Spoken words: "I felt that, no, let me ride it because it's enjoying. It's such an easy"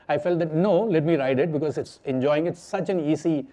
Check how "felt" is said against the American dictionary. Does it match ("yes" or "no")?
yes